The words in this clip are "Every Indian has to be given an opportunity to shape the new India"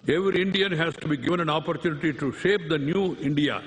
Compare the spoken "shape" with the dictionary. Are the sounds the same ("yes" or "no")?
yes